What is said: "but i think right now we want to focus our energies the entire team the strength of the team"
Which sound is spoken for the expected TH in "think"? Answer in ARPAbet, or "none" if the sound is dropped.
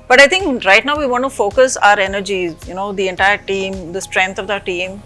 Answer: T